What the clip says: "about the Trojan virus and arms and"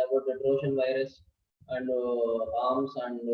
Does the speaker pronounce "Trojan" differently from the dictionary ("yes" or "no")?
yes